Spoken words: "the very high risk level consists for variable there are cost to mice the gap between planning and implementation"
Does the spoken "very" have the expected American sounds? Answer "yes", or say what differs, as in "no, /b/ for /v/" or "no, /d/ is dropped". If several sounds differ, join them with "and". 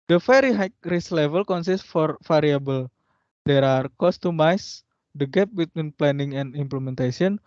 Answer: no, /f/ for /v/